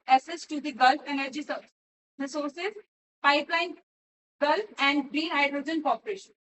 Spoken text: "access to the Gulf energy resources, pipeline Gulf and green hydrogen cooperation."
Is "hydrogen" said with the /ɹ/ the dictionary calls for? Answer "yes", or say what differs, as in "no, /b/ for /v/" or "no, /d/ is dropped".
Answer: yes